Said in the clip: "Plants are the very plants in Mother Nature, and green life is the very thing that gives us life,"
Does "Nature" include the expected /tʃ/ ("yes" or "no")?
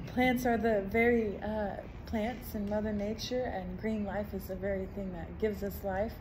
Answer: yes